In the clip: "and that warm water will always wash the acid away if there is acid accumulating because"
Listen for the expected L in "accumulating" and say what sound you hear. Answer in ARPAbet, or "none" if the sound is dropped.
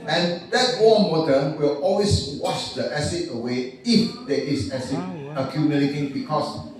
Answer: N